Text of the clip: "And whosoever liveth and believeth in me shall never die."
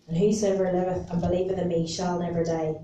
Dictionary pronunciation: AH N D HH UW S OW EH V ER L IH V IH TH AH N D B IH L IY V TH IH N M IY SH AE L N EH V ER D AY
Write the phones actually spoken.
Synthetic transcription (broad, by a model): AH N HH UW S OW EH V ER L IH V IH TH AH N B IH L IY V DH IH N M IY SH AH L N EH V ER D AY